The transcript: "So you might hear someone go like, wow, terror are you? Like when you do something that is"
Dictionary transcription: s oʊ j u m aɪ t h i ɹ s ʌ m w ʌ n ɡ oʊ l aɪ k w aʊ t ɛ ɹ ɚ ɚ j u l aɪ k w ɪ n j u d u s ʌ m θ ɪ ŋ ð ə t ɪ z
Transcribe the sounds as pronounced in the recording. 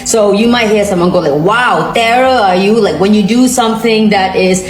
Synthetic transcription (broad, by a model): s oʊ j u m aɪ t h i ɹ s ʌ m w ʌ n ɡ oʊ l aɪ k w aʊ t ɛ ɹ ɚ ɚ j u l aɪ k w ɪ n j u d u s ʌ m θ ɪ ŋ ð ə t ɪ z